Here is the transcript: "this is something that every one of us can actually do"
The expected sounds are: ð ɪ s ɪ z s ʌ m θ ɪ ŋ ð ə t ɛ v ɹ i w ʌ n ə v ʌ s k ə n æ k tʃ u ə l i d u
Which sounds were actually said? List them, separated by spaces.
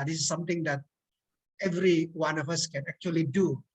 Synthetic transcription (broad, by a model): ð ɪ s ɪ s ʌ m t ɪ ŋ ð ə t ɛ v ɹ i w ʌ n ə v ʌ s k ə n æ k tʃ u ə l i d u